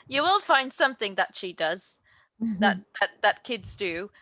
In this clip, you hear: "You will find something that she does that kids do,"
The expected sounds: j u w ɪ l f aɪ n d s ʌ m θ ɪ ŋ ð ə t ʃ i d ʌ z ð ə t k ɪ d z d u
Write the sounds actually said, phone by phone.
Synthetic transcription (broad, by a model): j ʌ w ɪ l f aɪ n d s ʌ m θ ɪ ŋ ð ə t ʃ i d ʌ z ð ə t k ɪ d z d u